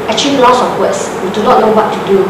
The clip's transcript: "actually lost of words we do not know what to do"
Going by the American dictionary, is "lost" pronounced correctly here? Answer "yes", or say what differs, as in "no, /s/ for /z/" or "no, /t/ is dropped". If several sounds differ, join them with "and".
no, /t/ is dropped